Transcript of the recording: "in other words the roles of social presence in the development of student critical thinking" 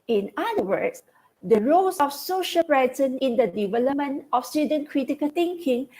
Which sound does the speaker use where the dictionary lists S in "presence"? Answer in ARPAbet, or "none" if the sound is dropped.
none